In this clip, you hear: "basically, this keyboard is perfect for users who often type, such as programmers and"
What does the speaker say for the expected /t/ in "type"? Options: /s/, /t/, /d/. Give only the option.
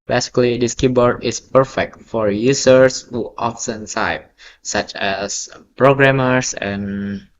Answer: /s/